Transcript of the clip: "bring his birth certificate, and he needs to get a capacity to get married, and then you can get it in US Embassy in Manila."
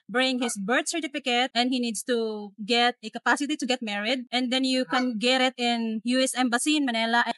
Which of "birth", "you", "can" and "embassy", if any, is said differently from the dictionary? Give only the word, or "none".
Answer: birth